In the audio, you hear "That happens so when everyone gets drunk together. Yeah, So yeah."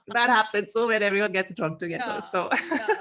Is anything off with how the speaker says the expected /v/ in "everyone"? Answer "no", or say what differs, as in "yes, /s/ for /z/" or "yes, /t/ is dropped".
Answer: no